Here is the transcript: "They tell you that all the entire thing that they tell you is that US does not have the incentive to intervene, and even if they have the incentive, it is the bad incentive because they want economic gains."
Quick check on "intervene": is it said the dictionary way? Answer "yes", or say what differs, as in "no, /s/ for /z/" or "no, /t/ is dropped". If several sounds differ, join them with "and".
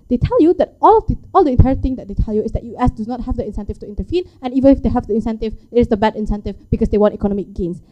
no, /f/ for /v/